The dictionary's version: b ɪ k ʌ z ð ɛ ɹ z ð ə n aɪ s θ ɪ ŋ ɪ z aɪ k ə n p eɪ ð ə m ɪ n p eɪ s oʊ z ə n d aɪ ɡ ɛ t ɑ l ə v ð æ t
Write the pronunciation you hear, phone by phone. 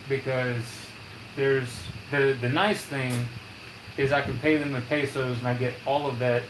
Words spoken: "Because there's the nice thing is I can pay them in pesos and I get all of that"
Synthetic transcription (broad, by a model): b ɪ k ʌ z ð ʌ ɹ z ð ə n aɪ s θ ɪ ŋ ɪ z aɪ k ə n p eɪ ð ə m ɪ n p eɪ s oʊ z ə n aɪ ɡ ɛ t ɑ l ə v ð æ t